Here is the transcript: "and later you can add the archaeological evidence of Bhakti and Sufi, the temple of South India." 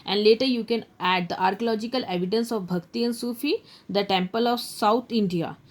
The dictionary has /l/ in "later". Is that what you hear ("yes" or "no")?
yes